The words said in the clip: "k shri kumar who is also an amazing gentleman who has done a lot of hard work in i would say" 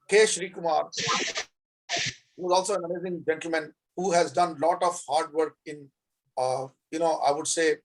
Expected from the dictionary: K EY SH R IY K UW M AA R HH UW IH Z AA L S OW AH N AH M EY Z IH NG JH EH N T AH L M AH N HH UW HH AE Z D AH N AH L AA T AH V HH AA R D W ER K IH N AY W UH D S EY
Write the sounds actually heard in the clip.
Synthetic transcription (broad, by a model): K EY SH R IY K UW M AA R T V IH Z AA L S OW AH N AH M EY Z IH NG JH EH N T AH L M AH N HH UW HH AE Z D AH N L AA T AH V HH AA R D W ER K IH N AY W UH D S EY